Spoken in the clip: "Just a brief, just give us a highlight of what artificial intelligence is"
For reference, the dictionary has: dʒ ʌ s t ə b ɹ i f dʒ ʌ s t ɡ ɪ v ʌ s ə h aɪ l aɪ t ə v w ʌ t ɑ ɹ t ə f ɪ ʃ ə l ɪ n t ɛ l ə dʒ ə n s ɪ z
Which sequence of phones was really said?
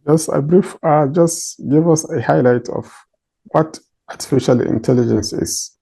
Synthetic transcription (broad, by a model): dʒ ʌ s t ə b ɹ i f dʒ ʌ s t ɡ ɪ v ʌ s ə h aɪ l aɪ t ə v w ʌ t ɑ ɹ t ə f ɪ ʃ ə l ɪ n t ɛ l ə dʒ ə n s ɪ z